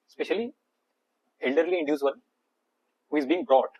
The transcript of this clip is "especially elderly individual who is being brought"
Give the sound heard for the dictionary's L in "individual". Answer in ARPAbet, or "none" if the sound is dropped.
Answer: N